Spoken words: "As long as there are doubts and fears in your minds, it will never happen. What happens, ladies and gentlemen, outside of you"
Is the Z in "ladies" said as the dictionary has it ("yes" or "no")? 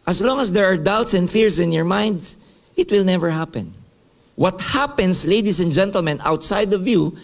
no